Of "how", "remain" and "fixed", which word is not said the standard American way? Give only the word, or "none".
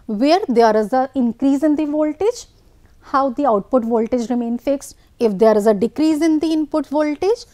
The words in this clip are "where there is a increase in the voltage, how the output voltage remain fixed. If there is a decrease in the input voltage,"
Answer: none